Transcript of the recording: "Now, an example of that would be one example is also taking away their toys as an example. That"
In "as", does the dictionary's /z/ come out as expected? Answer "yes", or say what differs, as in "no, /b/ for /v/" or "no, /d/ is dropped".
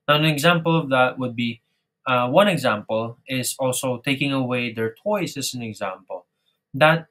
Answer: no, /s/ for /z/